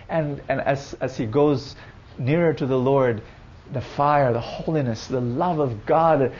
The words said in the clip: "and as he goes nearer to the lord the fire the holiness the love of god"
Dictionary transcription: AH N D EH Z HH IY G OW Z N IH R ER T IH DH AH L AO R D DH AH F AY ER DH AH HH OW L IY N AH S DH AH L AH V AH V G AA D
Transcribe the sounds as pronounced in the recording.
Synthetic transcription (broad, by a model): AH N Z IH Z HH IY G OW Z N IH R ER T IH DH AH L AO R D DH AH F AY ER DH AH HH OW L IY N AH S DH AH L AH V AH V G AA D